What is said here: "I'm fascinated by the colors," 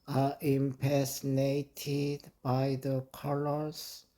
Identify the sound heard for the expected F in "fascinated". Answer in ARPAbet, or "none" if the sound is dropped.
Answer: P